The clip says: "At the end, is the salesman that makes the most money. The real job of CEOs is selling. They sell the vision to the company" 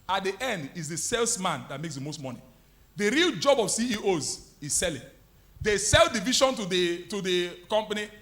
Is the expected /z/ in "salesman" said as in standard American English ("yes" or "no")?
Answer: no